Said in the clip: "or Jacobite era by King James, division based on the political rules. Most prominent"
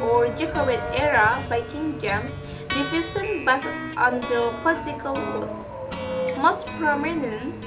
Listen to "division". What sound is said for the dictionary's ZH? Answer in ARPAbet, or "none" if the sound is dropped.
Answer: S